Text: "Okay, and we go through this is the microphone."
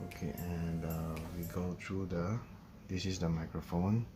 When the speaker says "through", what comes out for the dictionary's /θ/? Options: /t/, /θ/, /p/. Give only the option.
/t/